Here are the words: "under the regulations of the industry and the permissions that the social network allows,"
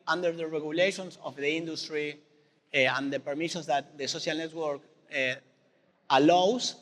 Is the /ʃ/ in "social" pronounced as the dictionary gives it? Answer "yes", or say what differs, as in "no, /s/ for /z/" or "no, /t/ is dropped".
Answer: no, /s/ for /ʃ/